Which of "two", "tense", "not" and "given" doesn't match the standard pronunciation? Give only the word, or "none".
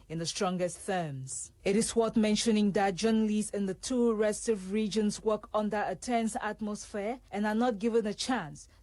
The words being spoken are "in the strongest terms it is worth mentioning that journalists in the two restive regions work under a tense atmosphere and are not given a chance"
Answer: none